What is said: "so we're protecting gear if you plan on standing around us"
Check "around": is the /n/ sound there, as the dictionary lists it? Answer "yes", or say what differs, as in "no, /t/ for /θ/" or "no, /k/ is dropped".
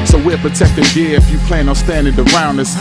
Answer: yes